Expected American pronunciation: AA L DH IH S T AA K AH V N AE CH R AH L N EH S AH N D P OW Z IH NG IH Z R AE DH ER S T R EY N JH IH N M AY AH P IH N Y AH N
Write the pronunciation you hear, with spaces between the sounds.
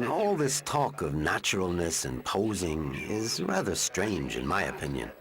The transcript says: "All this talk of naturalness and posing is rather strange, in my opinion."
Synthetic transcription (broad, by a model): AA L DH IH S T AA K AH V N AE CH R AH L N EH S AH N P OW Z IH NG IH Z R AE DH ER S T R EY N JH IH N M AY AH P IH N Y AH N